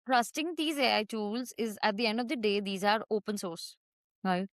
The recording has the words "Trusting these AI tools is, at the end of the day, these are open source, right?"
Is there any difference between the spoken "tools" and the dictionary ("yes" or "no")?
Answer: no